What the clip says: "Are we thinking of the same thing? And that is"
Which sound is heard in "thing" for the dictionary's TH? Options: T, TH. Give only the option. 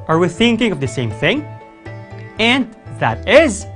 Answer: TH